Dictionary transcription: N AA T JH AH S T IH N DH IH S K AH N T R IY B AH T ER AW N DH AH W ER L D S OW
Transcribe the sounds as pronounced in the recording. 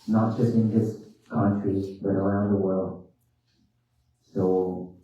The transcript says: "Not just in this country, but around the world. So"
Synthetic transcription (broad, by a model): N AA T JH AH S T IH N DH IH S K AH N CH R IY B AH T ER AW N DH AH W ER L D S OW